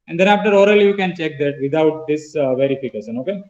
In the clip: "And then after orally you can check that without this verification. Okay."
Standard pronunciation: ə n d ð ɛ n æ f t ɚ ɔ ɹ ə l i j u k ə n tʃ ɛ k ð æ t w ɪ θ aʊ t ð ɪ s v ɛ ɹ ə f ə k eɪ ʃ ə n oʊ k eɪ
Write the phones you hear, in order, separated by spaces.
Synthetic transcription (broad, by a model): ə n d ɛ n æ f t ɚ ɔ ɹ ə l j u k ə n tʃ ɛ k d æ t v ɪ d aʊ t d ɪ s v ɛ ɹ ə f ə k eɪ s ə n oʊ k eɪ